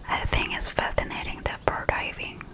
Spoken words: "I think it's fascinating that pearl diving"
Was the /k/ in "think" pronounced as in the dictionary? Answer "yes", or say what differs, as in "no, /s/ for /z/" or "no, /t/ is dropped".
no, /k/ is dropped